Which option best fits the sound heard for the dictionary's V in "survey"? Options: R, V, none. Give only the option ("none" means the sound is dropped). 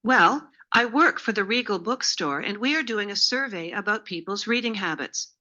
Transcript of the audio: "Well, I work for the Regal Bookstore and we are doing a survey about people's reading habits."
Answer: V